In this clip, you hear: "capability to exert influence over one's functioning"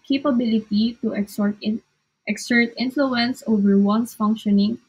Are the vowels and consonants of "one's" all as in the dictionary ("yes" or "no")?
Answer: no